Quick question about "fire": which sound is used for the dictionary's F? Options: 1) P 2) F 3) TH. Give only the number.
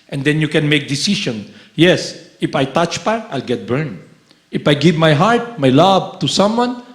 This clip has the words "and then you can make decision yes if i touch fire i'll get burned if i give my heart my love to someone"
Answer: 1